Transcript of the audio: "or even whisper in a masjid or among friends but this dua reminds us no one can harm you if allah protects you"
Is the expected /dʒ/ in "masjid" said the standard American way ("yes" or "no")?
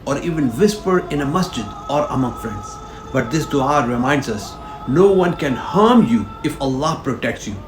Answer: yes